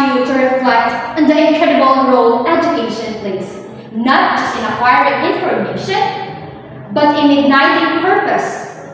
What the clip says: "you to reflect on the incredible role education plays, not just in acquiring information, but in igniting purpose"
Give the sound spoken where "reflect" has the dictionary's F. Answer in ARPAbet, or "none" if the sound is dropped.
F